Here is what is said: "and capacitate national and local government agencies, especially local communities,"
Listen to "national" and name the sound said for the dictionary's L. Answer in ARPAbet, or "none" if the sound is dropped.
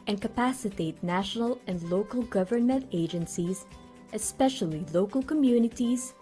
L